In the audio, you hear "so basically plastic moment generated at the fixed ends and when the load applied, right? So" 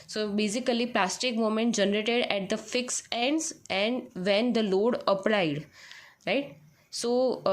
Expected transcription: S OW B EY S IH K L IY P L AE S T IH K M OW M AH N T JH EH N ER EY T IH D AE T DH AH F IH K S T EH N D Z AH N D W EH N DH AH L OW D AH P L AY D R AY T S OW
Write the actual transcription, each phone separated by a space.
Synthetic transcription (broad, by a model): S OW B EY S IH K L IY P L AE S T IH K M OW M AH N T JH EH N ER EY T IH D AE T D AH F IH K S EH N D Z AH N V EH N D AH L OW D AH P L AY D R AY T S OW